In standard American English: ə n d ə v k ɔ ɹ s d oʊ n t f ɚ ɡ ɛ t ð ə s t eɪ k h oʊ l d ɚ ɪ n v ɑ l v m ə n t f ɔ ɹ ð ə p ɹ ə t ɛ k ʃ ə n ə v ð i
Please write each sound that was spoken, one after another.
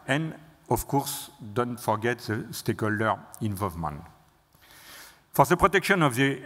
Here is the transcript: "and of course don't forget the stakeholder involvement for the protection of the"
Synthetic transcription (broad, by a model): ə n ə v k ɔ ɹ s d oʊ n t f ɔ ɡ ɛ t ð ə s t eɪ k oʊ l d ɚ ɪ n v ɑ l v m ə n t f ɔ ɹ ð ə p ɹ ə t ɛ k ʃ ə n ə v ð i